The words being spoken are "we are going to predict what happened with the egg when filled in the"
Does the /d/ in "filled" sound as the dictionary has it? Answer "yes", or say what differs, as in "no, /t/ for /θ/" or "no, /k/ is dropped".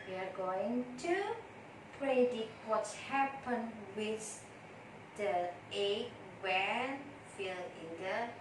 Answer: no, /d/ is dropped